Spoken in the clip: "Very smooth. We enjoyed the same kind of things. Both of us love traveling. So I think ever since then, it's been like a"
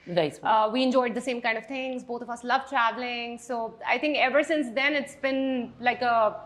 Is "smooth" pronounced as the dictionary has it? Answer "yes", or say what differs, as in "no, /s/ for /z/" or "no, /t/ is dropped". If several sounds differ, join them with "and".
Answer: no, /m/ is dropped